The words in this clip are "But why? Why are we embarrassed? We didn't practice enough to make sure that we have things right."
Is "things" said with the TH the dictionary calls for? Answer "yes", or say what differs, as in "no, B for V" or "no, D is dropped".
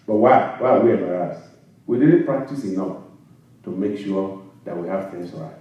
no, F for TH